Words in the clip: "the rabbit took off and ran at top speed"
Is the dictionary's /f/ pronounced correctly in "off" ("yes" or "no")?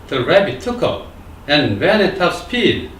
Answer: no